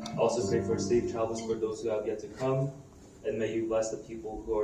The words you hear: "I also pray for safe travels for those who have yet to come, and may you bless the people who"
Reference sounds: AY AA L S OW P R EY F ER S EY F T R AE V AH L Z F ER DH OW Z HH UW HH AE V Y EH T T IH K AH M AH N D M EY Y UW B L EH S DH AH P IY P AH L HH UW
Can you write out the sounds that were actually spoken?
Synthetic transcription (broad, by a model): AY AA L S OW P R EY F ER S EY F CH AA AH L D F ER DH OW Z HH UW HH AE V Y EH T T IH K AH M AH N M EY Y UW B L EH S DH AH P IY P L HH UW